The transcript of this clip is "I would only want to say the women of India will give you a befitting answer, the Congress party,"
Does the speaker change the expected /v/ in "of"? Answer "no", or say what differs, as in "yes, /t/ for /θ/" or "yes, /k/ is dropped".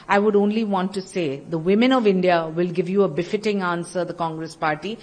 no